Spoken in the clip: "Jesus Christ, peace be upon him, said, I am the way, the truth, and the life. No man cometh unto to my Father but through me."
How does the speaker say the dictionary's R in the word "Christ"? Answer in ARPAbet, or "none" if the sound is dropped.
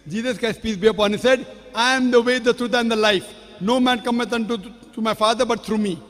none